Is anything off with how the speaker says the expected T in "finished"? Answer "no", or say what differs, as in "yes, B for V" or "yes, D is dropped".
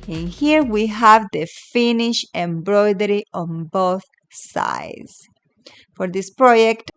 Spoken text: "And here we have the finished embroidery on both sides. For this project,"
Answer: yes, T is dropped